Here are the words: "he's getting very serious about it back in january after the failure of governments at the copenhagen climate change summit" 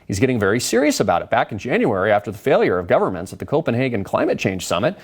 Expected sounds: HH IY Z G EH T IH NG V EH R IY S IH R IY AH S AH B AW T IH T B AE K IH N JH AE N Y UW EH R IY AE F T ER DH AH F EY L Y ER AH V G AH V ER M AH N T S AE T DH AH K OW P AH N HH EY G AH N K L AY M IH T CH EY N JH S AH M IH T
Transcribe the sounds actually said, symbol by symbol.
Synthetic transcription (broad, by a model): HH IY Z G EH T IH NG V EH R IY S IH R IY AH S AH B AW T IH T B AE K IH N JH AE N Y UW EH R IY AE F T ER DH AH F EY L Y ER AH V G AH V ER M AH N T S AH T DH AH K OW P AH N HH EY G AH N K L AY M IH T CH EY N ZH S AH M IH T